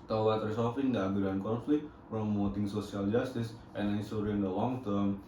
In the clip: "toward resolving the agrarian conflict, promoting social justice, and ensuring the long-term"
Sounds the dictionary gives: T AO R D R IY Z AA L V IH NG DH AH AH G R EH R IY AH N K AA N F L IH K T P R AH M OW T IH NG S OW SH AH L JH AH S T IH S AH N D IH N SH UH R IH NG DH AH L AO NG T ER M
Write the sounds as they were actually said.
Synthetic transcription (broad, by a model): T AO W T R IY S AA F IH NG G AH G UW R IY N K AA N F L IH K T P R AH M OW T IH NG S OW S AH L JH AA S T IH S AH N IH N S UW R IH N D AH L AO NG T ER M